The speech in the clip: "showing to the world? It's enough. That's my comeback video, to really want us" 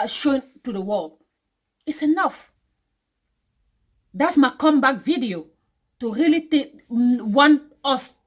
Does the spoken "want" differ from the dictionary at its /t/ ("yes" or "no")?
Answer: yes